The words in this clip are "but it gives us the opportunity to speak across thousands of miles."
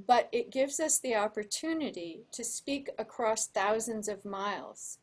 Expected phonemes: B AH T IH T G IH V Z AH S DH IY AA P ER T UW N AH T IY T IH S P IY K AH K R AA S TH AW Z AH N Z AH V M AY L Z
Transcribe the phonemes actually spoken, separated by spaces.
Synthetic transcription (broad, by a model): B AH T IH T G IH V Z AH S DH IY AA P ER T UW N AH T IY T IH S P IY K AH K R AA S TH AW Z AH N Z AH V M AY L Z